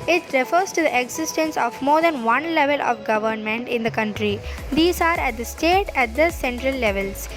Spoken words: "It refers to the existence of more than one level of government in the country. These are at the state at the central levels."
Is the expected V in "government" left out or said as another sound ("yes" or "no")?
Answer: no